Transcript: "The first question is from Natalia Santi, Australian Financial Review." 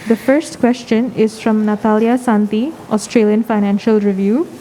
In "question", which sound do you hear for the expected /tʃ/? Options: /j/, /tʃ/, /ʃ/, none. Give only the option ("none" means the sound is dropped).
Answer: /tʃ/